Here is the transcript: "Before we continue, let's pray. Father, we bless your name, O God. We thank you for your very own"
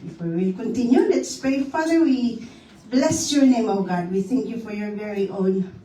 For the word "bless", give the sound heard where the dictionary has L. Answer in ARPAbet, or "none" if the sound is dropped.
L